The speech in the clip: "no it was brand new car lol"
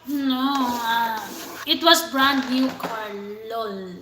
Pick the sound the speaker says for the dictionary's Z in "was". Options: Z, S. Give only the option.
S